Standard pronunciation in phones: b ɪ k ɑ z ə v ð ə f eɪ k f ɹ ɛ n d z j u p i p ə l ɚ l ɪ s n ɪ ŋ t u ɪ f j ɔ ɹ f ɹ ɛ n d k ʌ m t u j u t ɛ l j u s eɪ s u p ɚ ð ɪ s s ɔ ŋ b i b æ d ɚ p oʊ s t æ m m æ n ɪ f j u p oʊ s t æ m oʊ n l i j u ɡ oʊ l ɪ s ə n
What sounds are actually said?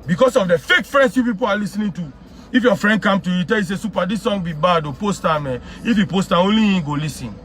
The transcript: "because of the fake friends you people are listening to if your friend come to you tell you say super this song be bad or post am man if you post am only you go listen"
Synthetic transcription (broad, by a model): b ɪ k ɑ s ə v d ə f eɪ k f ɹ ɛ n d s j u p i p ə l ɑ l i s n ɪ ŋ t u ɪ f j ɔ f ɹ ɛ n d k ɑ m t u j u t ɛ l j u s eɪ s u p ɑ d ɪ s s ɔ ŋ b i b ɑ d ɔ p oʊ s t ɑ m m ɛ ɪ f j u p oʊ s t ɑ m oʊ n l i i ɡ oʊ l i s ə n